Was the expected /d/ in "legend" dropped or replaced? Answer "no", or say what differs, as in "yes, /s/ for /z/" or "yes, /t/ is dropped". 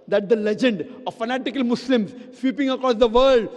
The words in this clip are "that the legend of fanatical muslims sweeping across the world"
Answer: no